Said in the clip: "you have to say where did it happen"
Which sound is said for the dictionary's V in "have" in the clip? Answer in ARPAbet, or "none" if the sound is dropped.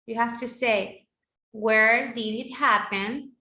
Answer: F